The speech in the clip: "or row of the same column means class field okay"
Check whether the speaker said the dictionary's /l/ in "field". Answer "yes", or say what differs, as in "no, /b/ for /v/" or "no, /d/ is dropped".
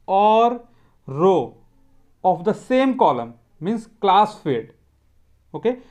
no, /l/ is dropped